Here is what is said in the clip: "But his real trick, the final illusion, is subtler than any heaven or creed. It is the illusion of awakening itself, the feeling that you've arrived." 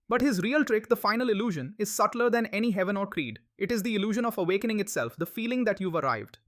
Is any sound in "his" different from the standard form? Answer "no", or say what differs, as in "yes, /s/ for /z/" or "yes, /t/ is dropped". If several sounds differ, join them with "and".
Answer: no